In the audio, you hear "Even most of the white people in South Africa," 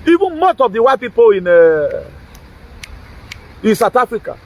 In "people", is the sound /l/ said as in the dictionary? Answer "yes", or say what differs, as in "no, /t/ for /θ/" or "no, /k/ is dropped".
no, /n/ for /l/